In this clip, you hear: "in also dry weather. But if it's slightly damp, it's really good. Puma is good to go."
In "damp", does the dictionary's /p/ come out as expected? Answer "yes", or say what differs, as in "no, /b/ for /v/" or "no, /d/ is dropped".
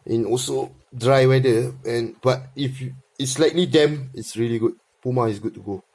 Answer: no, /p/ is dropped